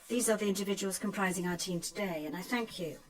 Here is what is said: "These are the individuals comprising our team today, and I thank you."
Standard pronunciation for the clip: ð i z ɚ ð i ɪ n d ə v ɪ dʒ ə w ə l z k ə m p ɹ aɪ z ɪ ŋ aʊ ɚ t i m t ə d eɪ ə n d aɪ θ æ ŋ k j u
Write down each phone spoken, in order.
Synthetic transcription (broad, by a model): ð i z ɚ ð i ɪ n d ə v ɪ dʒ ə w ə l z k ə m p ɹ aɪ z ɪ ŋ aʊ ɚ t i m t ə d eɪ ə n aɪ θ æ ŋ k j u